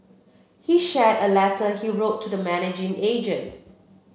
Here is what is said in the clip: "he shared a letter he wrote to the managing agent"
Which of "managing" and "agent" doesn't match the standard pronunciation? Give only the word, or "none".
none